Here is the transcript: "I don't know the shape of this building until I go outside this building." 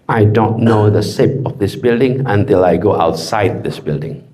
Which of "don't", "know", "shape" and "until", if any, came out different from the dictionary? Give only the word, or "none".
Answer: shape